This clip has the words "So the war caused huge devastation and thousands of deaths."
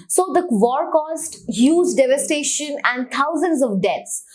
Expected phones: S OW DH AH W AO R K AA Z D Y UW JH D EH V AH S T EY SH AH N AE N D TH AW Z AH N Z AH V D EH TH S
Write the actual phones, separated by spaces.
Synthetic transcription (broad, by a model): S OW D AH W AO R K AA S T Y UW Z D EH V AH S T EY SH AH N AE N D T AW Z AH N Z AH V D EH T S